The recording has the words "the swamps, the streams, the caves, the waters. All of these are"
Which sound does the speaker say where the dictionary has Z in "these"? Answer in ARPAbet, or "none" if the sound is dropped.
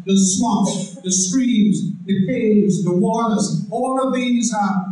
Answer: Z